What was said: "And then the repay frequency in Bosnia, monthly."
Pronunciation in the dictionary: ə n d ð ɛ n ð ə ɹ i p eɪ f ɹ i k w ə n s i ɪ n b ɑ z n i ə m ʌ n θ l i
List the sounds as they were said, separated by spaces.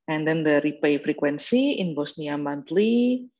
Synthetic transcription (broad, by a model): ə n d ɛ n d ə ɹ i p eɪ f ɹ i k w ə n s i ɪ n b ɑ s n i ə m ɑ n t l i